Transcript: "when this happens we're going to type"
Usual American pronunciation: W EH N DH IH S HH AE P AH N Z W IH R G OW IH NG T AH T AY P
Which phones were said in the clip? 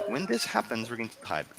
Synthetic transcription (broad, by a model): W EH N DH IH S HH AE P AH N Z W IH R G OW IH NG T AH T AY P